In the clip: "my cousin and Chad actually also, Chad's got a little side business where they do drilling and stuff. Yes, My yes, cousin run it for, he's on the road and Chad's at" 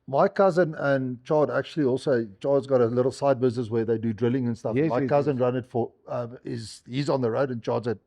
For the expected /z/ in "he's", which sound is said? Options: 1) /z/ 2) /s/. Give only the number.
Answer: 1